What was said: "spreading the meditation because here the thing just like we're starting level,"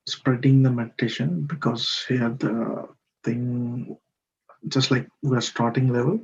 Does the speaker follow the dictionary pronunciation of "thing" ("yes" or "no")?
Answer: no